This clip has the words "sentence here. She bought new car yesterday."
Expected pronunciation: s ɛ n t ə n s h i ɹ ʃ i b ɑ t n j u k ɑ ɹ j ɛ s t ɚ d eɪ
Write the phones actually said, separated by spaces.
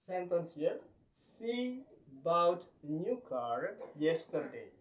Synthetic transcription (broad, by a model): s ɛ n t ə n s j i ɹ s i b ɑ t n j u k ɑ ɹ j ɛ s t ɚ d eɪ